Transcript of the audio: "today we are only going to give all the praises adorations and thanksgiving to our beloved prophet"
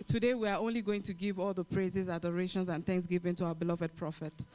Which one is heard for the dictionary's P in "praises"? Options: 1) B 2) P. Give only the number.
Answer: 2